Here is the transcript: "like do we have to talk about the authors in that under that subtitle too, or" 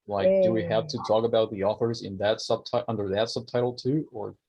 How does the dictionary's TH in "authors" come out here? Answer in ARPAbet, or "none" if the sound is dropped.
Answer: TH